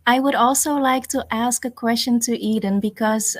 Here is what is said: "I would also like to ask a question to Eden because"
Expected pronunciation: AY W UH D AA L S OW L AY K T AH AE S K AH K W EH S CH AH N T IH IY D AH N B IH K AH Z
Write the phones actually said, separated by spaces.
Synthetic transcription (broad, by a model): AY W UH D AA L S OW L AY K T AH AE S K AH K W EH S CH AH N T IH IY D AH N B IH K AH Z